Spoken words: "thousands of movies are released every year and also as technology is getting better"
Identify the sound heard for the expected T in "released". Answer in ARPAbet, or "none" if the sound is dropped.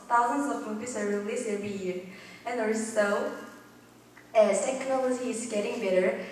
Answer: none